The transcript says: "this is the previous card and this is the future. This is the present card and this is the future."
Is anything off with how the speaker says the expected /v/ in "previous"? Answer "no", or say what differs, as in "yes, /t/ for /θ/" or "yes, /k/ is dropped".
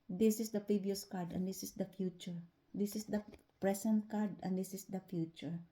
yes, /b/ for /v/